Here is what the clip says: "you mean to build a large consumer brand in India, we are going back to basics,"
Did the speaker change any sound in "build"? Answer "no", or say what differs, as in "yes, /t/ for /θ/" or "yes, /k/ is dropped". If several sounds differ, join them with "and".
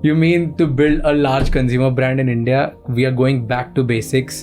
no